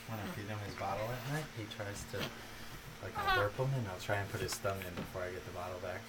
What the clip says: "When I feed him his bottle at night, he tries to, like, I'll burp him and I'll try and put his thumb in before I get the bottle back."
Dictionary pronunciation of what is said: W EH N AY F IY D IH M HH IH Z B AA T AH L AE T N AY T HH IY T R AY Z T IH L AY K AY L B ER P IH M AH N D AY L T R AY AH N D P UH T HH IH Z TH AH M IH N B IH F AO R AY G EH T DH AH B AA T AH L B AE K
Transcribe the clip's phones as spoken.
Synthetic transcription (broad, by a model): W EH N AY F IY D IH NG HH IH Z B AA T L AE T N AY T HH IY T R AY Z T IH L AY K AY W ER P IH M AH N AY L T R AY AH N P UH T HH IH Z T AH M IH N B IH F AO R AY G EH T DH AH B AA T L B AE K